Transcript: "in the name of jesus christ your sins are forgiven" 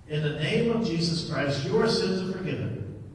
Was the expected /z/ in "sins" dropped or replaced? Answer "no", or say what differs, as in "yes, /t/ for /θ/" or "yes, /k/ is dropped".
no